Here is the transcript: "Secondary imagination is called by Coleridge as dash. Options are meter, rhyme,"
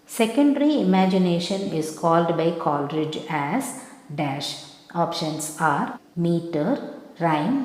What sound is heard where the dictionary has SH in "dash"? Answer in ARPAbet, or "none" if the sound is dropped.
SH